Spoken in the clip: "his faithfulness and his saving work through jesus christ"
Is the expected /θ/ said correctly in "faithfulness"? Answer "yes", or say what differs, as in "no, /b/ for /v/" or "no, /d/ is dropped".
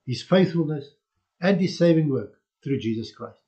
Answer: yes